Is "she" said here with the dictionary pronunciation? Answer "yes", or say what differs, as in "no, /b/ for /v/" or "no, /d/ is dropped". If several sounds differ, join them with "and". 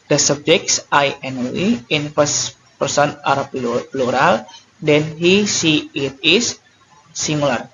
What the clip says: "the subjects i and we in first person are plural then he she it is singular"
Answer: no, /s/ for /ʃ/